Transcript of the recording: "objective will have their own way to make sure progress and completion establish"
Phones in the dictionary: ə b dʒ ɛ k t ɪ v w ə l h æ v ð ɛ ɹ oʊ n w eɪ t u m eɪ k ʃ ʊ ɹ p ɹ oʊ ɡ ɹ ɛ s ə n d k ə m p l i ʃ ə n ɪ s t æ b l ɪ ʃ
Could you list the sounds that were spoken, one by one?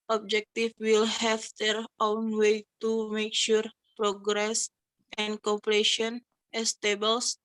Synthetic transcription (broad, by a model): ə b dʒ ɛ k t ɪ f w ə l h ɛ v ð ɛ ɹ oʊ n w eɪ t u m eɪ k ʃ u ɹ p ɹ oʊ ɡ ɹ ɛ s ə n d k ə p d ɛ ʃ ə n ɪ s t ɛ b l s